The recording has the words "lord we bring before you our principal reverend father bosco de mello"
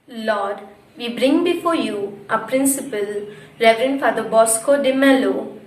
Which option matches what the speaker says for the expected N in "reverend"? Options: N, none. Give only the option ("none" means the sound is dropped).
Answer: N